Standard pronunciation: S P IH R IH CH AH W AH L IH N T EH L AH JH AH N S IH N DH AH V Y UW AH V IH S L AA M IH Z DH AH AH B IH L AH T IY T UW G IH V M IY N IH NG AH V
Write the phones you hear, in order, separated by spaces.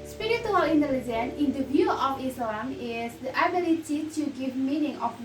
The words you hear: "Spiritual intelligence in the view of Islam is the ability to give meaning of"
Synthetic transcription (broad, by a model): S P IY R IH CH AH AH L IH N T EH L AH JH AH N IH N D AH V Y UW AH F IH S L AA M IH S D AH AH B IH L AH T IY T UW G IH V M IY N IH NG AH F